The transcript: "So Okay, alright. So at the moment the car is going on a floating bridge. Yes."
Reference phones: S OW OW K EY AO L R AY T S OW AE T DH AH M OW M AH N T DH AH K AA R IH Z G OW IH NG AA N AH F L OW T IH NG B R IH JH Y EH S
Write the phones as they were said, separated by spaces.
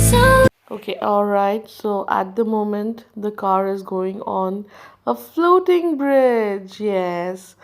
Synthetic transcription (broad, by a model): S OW OW K EY AO L R AY T S OW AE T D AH M OW M AH N T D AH K AA R IH Z G OW IH NG AA N AH F L OW T IH NG B R IH JH Y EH S